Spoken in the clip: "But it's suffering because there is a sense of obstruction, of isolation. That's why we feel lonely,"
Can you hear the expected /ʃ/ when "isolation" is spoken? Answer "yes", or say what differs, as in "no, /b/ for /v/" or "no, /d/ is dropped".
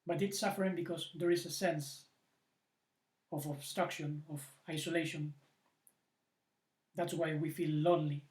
yes